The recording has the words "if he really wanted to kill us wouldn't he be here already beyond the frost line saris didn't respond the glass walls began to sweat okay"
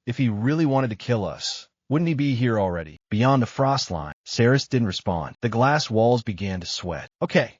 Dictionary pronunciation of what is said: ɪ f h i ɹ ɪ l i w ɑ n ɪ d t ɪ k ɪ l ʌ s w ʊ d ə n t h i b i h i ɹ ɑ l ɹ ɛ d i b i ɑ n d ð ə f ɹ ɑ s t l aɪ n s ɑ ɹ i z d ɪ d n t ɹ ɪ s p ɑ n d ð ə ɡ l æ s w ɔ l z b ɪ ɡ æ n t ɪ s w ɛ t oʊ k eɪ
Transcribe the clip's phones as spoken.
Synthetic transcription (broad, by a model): ɪ f h i ɹ ɪ l i w ɑ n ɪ d t ɪ k ɪ l ʌ s w ʊ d n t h i b i h i ɹ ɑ l ɹ ɛ d i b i ɑ n ð ə f ɹ ɑ s t l aɪ n s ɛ ɹ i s d ɪ d n t ɹ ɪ s p ɑ n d ð ə ɡ l æ s w ɔ l z b ɪ ɡ æ n t ɪ s w ɛ t oʊ k eɪ